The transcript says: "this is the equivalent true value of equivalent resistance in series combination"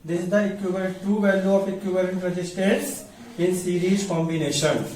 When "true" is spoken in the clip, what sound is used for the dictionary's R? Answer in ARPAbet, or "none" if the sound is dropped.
none